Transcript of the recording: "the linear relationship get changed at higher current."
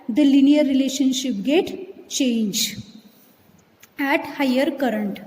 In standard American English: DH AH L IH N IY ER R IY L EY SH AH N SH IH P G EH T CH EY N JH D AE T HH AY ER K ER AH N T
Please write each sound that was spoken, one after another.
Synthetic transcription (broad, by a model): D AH L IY N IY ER R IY L EY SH AH N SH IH P G EH T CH EY N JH AE T HH AY ER K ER AH N T